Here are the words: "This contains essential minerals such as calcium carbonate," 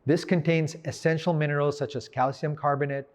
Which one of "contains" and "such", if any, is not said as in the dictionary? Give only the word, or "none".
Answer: none